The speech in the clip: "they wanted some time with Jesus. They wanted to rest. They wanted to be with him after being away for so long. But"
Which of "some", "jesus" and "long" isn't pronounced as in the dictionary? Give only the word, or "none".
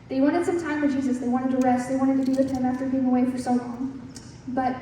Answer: none